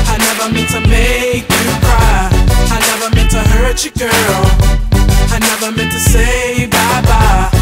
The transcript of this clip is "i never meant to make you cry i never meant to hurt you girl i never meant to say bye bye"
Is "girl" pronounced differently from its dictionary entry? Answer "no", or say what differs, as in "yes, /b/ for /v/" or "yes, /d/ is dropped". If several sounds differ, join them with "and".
no